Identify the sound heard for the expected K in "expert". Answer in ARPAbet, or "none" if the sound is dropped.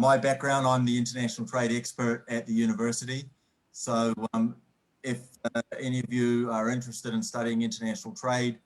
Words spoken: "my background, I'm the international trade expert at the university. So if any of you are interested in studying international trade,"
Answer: K